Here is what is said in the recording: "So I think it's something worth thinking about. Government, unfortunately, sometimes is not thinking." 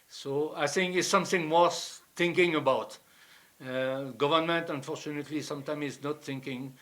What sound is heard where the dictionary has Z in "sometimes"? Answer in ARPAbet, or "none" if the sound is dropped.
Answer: none